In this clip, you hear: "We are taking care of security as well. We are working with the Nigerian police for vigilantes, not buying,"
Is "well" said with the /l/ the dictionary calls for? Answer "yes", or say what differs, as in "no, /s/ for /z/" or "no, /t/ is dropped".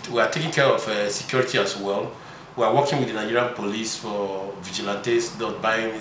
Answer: yes